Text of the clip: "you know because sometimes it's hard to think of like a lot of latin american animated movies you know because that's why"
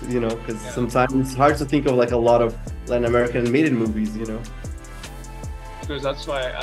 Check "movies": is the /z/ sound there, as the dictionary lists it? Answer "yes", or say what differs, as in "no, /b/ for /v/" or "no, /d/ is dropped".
yes